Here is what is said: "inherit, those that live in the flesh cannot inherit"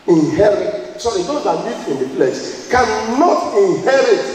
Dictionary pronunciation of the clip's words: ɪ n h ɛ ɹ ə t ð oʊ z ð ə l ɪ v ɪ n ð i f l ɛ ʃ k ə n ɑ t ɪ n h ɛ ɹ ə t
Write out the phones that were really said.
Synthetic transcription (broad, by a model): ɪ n h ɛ ɹ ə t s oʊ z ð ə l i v ɪ n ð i p l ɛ s k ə n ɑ t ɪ n h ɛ ɹ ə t